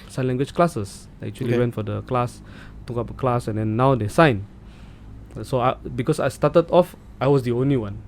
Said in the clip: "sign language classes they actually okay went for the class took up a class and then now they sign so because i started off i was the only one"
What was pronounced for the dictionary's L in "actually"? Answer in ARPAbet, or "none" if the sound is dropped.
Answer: none